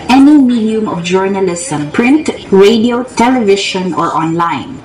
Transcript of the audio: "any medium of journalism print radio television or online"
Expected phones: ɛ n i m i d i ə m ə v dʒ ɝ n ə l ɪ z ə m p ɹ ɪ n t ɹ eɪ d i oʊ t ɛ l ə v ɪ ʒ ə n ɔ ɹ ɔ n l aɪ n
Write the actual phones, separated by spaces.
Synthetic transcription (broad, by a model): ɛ n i m i d i ə m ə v dʒ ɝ n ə l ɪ s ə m p ɹ ɪ n t ɹ eɪ d i oʊ t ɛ l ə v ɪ ʃ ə n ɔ ɹ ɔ n l aɪ n